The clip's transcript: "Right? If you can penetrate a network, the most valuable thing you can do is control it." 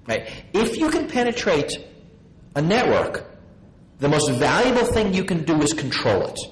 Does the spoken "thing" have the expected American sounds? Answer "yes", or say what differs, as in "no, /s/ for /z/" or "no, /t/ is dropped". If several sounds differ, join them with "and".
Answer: yes